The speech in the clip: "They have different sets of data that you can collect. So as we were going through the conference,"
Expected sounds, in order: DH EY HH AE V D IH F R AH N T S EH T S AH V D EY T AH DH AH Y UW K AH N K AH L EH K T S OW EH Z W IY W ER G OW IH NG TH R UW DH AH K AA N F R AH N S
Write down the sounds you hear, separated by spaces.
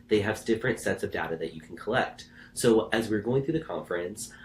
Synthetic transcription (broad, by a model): DH EY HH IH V D IH F R AH N T S EH T S AH V D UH T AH DH AH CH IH K N K AH L EH K T S OW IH Z W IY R G OW IH NG TH R UW DH AH K AA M F R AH N S